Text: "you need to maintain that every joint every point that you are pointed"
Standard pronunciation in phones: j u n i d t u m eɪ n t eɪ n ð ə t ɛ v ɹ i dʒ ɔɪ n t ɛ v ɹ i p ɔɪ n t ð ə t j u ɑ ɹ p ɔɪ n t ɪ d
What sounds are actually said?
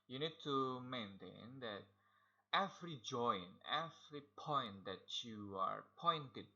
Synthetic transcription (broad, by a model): j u n i d t u m eɪ n t eɪ n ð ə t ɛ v ɹ i dʒ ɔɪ n ɛ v ɹ i p ɔɪ n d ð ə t j u ɑ ɹ p ɔɪ n t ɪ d